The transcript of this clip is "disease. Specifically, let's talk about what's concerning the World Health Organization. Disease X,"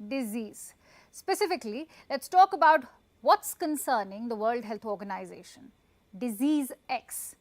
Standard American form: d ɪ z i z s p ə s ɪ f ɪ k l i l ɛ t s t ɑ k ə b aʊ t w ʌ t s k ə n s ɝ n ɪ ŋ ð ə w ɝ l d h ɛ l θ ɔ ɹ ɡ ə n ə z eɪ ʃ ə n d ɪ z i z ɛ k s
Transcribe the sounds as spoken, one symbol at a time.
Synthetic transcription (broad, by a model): d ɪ z i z s p ə s ɪ f ɪ k l i l ɛ t s t ɑ k ə b aʊ t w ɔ t s k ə n s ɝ n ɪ ŋ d ə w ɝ l d h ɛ l t ɔ ɹ ɡ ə n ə z eɪ ʃ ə n d ɪ z i z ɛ k s